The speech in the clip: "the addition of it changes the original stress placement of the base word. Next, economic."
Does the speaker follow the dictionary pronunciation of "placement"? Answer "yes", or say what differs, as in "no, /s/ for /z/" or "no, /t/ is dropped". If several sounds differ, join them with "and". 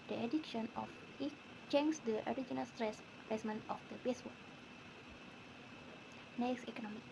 no, /l/ is dropped